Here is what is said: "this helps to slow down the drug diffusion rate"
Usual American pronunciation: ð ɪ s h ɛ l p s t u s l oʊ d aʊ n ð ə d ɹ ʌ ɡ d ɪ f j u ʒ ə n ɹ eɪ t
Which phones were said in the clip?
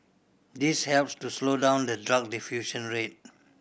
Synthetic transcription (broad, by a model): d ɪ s h ɛ l p s t u s l oʊ d aʊ n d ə d ɹ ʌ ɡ d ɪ f j u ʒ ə n ɹ eɪ t